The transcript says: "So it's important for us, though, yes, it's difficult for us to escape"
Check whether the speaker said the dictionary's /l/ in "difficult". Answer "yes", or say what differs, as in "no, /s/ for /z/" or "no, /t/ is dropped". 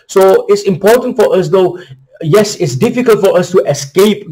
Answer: yes